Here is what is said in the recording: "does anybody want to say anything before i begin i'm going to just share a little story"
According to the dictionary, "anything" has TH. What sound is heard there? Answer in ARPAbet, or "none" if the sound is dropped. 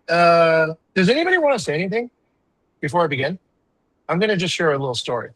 TH